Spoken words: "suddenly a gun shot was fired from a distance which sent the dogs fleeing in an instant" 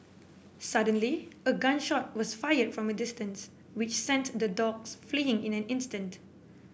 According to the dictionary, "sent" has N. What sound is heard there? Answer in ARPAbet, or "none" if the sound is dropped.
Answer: N